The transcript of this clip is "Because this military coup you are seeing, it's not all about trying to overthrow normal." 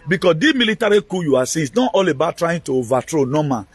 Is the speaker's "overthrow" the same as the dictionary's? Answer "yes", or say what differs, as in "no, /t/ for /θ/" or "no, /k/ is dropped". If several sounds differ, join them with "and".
no, /t/ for /θ/